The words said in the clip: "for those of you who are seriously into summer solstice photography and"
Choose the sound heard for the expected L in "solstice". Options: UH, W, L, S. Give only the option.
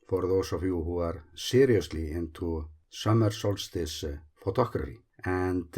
L